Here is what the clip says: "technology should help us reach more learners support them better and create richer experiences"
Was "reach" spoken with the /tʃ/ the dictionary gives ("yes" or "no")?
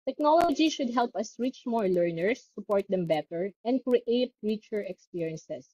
yes